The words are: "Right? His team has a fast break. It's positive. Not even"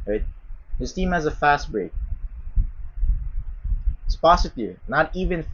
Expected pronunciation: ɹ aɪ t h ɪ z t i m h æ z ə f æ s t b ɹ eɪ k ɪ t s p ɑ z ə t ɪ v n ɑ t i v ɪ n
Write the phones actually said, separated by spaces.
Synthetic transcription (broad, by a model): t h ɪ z t i m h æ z ə f æ s t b ɹ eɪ ɪ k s p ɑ s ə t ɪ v n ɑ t i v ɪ n